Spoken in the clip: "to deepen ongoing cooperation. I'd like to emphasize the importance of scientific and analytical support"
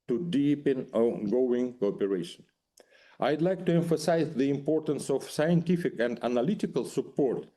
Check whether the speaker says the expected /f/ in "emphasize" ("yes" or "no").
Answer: yes